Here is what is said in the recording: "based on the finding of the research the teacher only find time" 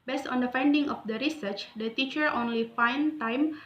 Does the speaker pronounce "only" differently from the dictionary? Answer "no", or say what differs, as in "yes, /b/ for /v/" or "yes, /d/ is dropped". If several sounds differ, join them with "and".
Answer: no